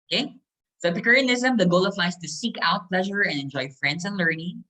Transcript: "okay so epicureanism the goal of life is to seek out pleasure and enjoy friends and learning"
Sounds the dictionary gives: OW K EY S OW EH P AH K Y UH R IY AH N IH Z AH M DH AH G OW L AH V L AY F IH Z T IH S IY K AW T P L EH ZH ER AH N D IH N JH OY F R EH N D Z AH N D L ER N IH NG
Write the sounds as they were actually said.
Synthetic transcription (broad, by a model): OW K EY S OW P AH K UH R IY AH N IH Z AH M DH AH G OW L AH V L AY IH S T IH S IY K AW T P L EH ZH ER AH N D IH N JH OY F R EH N D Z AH N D L ER N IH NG